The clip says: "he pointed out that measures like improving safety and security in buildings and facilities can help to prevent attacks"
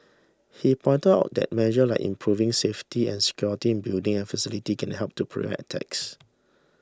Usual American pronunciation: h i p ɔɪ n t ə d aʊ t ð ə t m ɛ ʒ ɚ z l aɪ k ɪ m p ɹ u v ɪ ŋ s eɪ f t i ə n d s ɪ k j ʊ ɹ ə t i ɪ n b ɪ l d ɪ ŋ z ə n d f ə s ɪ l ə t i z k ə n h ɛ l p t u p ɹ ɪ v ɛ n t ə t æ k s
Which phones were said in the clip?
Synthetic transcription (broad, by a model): h i p ɔɪ n t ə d aʊ t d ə t m ɛ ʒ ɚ l aɪ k ɪ m p ɹ u v ɪ ŋ s eɪ f t i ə n s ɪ k j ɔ ɹ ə t i ɪ n b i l d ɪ ŋ ə n f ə s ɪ l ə t i k ə n h ɛ l p t u p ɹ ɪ ɛ t t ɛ k s